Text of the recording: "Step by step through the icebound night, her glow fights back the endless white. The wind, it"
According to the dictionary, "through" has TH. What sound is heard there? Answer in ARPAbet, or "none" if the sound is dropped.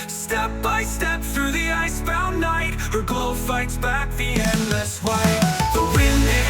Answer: TH